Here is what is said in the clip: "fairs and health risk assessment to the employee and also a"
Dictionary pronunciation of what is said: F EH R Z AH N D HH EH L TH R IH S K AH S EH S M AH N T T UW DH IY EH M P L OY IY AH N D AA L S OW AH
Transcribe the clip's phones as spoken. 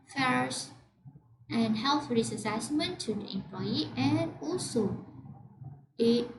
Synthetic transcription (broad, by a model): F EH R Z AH N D HH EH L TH R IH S AH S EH S M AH N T T UW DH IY EH M P L OY IY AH N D AA L S OW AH